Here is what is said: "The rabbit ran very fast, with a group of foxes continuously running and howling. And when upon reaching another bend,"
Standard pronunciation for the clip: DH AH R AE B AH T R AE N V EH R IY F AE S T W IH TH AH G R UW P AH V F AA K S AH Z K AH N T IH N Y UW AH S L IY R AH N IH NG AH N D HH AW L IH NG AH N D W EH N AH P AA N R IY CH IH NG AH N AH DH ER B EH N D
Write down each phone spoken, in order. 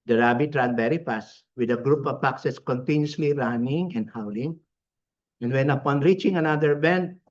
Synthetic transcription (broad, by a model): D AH R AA B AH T R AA N B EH R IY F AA S W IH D AH G R UW P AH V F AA K S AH S K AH N T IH N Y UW S L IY R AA N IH NG AH N D HH AW L IH NG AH N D W EH N AH P AA N R IY CH IH NG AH N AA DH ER B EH N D